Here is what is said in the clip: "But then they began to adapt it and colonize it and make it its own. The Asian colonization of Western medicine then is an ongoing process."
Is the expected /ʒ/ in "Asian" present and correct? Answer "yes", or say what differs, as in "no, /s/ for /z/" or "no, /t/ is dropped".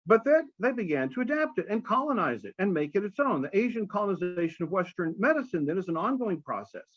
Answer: yes